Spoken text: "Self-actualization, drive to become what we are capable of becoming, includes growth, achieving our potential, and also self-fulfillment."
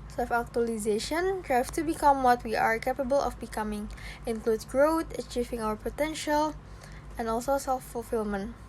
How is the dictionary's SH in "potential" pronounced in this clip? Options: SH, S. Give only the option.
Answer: SH